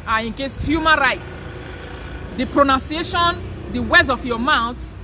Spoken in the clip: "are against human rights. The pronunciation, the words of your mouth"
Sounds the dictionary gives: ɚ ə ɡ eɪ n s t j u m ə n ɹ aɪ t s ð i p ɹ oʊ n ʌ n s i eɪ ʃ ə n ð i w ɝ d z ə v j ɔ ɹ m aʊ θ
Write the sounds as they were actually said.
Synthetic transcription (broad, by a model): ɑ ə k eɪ s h j u m ə n ɹ aɪ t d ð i p ɹ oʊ n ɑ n s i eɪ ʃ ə n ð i w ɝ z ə f j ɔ m aʊ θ